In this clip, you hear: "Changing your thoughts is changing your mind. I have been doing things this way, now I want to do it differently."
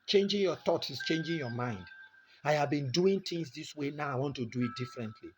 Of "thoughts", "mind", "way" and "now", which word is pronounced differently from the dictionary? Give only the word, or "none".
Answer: thoughts